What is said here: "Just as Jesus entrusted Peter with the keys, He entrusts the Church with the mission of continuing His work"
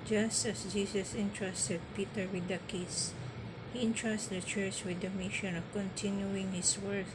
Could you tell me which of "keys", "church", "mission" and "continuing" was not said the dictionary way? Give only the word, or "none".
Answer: keys